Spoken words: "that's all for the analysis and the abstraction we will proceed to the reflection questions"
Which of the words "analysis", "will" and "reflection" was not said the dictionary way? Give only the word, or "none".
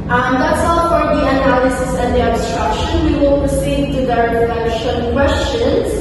reflection